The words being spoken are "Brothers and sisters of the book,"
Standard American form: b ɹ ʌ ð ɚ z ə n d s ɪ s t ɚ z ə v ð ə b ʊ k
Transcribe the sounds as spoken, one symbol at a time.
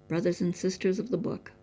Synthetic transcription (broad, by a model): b ɹ ʌ ð ɚ z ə n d s ɪ s t ɚ z ə v ð ə b ʊ k